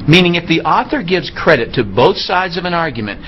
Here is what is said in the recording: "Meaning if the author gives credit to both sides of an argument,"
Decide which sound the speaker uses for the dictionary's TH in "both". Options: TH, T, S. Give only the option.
TH